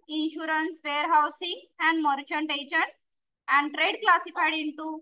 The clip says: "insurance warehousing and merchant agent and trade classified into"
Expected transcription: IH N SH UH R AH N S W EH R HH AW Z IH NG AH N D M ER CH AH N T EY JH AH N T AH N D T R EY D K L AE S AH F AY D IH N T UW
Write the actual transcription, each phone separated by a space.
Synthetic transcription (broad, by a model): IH N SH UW R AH N S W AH R HH AW S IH NG AH N D M ER CH AH N T EY JH AH N T AH N D T R EY D K L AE S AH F AY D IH N T UW